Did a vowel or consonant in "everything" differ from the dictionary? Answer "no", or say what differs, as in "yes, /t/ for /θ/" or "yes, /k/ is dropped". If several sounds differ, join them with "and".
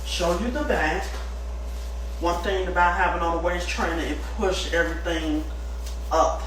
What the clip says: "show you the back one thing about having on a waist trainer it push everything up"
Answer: no